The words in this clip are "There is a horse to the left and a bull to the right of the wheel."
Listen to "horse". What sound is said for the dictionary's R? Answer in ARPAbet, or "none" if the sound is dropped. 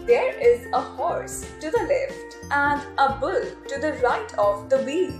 R